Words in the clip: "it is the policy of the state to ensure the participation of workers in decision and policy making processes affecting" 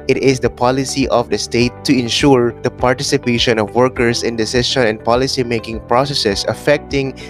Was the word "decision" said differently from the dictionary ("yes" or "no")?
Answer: yes